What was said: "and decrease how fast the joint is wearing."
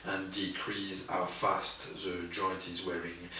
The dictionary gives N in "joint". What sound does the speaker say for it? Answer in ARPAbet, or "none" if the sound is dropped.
none